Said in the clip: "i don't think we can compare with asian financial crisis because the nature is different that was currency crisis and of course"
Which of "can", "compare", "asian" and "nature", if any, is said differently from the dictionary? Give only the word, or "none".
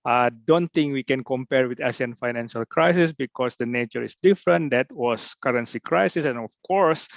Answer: asian